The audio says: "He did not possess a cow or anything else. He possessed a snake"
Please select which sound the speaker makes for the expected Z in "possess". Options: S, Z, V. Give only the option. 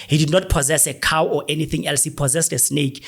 Z